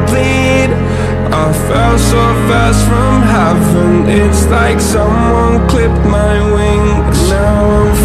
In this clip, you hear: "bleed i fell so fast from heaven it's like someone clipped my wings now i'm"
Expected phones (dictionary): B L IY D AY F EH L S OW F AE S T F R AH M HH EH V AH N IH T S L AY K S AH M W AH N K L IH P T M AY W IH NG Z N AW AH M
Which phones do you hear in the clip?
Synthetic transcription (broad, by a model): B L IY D AY F EH L S OW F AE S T F R AH M HH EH V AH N IH T S L AY K S AH M W AH N K L IH P T M AY W IH NG N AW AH